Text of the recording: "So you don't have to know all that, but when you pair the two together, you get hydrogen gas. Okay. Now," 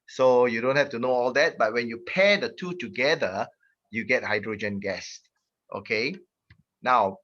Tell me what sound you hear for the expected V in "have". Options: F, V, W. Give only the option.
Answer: F